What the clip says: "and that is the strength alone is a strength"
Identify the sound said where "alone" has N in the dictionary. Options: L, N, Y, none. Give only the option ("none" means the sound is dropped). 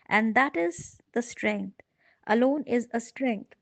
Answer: N